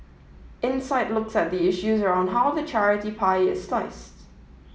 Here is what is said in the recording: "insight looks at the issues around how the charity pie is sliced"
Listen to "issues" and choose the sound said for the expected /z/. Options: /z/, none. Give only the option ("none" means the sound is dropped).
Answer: /z/